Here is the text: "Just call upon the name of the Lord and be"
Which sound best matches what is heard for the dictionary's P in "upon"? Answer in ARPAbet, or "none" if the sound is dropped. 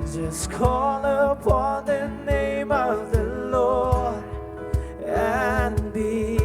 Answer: P